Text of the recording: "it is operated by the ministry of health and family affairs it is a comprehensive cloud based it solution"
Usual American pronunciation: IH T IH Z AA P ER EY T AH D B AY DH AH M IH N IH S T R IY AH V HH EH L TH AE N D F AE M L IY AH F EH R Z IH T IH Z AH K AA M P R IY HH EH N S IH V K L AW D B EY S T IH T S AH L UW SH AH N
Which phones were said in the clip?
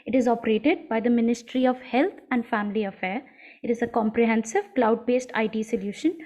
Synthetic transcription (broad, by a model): IH T IH Z AA P ER EY T AH D B AY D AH M IH N IH S T R IY AH V HH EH L T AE N D F AE M L IY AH F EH R IH T IH Z AH K AA M P R IY HH EH N S IH V K L AW D B EY S T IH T S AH L UW SH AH N